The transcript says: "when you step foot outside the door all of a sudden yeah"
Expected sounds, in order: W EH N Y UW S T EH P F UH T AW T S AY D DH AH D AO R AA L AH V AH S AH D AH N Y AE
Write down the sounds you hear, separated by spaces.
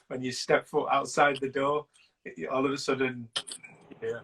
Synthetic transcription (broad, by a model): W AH N Y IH S T EH P F UH T AW T S AY D DH AH D AO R AA L AH V AH S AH D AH N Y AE